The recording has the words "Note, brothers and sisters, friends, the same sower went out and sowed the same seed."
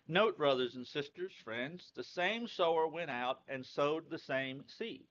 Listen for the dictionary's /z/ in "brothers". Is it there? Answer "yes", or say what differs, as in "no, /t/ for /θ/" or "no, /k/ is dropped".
yes